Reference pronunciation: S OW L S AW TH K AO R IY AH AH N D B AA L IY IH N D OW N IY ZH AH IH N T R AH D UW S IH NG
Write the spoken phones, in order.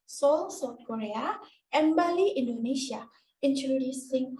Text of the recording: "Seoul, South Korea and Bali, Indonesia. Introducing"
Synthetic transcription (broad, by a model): S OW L S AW T K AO R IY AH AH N B AA L IY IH N D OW N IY SH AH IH N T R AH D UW S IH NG